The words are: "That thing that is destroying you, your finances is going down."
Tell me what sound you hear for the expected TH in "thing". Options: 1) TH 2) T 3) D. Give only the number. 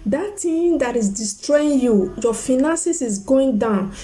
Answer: 2